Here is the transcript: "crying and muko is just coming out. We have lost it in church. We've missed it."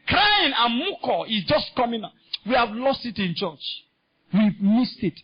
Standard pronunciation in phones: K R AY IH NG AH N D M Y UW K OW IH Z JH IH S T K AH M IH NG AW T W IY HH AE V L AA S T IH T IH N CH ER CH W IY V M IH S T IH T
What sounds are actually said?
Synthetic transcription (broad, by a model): K R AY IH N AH N M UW K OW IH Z JH IH S T K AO M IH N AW W IY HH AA V L AA S T IH T IH N CH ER CH W IY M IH S T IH T